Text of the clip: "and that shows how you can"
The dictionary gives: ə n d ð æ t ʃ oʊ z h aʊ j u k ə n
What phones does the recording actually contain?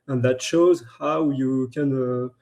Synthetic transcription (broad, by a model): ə n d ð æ t ʃ oʊ z h aʊ j u k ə n